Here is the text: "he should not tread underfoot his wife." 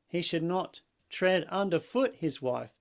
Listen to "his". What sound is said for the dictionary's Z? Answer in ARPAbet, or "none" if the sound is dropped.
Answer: Z